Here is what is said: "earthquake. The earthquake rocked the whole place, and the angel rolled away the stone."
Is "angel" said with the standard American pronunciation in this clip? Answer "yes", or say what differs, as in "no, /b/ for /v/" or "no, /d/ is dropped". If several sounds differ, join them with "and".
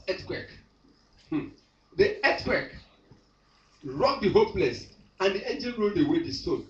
no, /n/ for /l/